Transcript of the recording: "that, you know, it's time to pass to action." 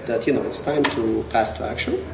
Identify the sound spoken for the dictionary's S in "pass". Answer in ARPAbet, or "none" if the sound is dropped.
S